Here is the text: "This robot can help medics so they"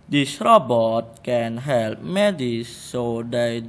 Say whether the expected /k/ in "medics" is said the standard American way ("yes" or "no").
no